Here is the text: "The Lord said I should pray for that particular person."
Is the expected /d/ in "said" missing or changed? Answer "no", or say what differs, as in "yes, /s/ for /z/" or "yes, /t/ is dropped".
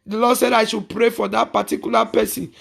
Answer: no